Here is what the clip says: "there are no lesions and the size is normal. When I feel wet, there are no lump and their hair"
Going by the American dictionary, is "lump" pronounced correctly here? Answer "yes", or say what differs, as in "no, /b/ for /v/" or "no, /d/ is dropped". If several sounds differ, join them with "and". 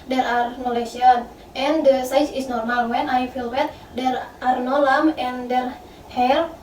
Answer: no, /p/ is dropped